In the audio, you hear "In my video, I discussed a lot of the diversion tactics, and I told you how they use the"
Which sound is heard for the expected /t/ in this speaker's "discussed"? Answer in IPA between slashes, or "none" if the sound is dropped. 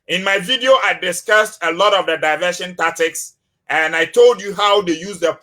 /t/